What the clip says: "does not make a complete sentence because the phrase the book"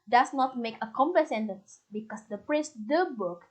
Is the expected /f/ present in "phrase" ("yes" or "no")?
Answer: no